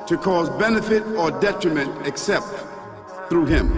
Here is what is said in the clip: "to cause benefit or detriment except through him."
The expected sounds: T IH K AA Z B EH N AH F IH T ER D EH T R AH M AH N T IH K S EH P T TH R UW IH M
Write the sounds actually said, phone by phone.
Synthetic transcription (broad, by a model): T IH K AA Z B EH N AH F IH T ER D EH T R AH M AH N T IH K S EH P T TH R UW IH M